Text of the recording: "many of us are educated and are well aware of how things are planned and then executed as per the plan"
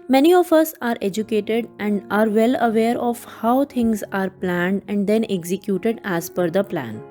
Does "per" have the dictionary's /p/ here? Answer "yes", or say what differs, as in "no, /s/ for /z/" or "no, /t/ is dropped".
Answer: no, /f/ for /p/